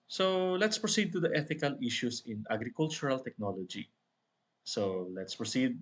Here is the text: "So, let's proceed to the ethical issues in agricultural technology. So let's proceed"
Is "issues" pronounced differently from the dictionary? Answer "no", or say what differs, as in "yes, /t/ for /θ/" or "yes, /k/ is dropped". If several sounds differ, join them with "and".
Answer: yes, /s/ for /z/